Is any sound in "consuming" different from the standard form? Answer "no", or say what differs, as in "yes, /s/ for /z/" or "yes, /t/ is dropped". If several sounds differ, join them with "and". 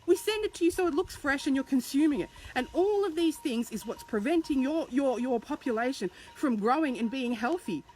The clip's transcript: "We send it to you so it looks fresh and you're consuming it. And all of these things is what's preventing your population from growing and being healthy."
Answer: no